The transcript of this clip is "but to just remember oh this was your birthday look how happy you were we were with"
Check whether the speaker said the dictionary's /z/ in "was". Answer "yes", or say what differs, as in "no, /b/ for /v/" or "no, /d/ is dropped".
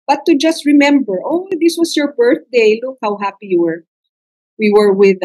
no, /s/ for /z/